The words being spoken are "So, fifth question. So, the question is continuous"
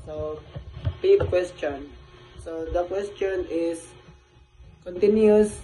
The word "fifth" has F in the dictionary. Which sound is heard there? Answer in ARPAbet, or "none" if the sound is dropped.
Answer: P